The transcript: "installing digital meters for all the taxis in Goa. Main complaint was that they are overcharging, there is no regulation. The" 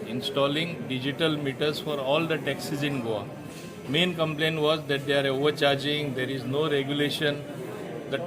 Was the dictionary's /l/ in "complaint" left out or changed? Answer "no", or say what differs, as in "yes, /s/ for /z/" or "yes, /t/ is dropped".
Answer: no